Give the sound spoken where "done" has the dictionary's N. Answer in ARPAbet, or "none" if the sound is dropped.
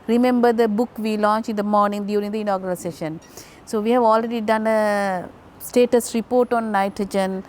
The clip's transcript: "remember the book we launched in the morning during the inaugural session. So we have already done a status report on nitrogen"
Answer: N